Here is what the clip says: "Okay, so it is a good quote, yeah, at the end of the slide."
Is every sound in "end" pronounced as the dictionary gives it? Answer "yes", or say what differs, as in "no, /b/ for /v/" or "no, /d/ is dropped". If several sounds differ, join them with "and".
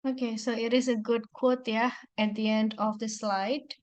yes